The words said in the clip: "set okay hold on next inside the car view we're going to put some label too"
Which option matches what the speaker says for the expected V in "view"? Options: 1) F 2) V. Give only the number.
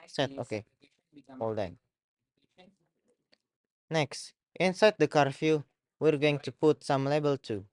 1